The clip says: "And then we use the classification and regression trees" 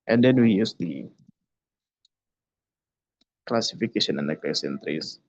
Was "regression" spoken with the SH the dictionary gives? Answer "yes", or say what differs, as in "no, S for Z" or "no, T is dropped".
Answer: no, S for SH